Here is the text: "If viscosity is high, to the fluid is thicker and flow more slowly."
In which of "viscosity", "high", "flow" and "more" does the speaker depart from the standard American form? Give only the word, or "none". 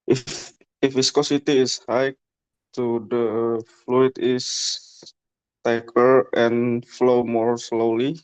viscosity